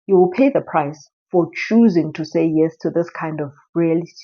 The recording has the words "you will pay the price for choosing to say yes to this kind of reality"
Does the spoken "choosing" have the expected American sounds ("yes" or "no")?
yes